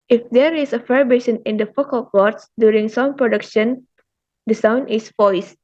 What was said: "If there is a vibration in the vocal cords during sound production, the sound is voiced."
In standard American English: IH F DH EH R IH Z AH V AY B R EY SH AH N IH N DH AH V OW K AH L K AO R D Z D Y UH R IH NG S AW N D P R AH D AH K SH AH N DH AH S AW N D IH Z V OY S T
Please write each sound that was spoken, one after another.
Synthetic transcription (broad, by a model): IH F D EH R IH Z AH F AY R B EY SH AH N IH N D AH F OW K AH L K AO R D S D Y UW R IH NG S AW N P R AH D AH K SH AH N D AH S AW N D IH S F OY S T